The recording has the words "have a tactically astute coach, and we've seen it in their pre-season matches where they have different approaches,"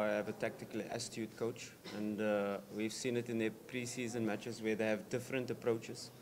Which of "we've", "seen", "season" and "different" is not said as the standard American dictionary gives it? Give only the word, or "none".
none